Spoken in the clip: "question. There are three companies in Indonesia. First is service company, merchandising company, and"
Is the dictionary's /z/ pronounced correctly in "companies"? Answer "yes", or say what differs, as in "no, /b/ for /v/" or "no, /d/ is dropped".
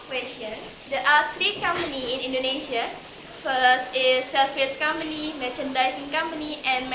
no, /z/ is dropped